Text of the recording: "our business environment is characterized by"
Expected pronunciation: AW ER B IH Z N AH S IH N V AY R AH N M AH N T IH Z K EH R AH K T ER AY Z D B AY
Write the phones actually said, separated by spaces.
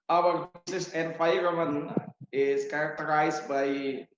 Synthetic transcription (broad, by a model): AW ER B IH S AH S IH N F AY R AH M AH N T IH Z K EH R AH K T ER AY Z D B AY